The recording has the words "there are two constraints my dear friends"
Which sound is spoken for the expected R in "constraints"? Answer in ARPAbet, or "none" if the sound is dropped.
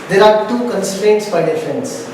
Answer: R